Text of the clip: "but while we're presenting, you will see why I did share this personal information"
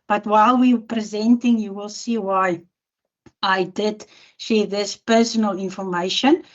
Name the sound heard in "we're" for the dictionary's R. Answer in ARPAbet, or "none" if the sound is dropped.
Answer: W